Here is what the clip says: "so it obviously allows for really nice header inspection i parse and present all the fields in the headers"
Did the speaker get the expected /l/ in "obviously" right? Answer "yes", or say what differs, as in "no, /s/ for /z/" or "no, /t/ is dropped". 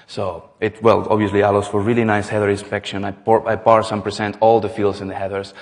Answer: yes